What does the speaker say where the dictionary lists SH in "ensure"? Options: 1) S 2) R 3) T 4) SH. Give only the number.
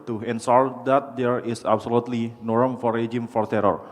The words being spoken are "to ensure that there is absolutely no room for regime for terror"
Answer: 1